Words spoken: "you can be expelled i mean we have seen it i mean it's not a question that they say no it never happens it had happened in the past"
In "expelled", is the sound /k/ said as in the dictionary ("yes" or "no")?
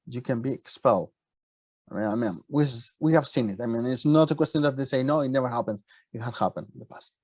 yes